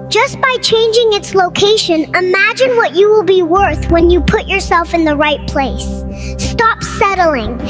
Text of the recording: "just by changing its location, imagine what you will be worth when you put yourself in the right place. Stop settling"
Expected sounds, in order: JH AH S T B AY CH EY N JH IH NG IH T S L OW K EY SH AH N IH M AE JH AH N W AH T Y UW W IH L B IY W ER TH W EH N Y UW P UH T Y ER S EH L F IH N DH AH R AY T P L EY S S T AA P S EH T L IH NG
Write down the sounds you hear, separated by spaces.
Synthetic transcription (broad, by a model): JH AH S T B AY CH EY N JH IH NG IH T S L OW K EY SH AH N IH M AE JH AH N W AH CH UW W IH L B IY W ER TH W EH N Y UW P UH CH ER S EH L F IH N DH AH R AY T P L EY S S T AA P S EH T L IH NG